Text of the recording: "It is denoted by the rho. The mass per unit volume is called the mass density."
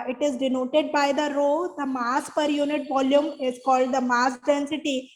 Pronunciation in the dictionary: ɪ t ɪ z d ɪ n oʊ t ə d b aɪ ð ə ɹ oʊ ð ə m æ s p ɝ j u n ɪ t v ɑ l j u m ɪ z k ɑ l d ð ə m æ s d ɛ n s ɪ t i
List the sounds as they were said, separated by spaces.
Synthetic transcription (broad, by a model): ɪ t ɪ z d ɪ n oʊ t ə d b aɪ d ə ɹ oʊ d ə m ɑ s p ɝ j u n ɪ t v ɑ l j u m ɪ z k ɑ l d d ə m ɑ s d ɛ n s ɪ t i